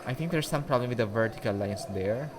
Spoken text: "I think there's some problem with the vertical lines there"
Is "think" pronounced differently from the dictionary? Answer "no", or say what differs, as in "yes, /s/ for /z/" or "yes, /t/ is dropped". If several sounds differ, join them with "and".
yes, /t/ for /θ/